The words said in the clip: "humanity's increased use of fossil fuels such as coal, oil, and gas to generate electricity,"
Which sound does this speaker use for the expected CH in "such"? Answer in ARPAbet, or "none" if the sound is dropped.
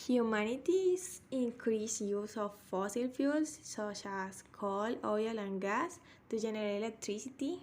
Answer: SH